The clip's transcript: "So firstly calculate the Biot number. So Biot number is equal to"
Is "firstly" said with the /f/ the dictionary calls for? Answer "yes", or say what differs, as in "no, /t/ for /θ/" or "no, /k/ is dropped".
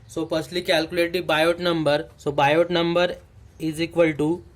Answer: no, /p/ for /f/